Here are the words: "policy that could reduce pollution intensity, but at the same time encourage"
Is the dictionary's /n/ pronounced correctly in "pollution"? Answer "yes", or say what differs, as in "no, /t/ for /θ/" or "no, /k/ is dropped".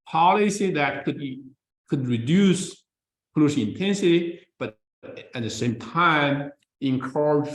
no, /n/ is dropped